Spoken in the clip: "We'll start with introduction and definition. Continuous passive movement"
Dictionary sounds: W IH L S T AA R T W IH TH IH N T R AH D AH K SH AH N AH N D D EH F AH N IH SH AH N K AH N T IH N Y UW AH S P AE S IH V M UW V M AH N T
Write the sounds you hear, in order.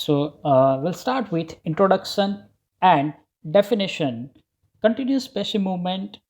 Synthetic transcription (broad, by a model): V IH L S T AA R T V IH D IH N T R AH D AH K SH AH N AH N D D EH F AH N IH SH AH N K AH N T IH N Y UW S P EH SH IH M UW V M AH N T